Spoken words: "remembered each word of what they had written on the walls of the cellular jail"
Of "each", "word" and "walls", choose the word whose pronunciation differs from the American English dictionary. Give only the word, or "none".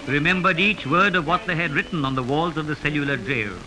none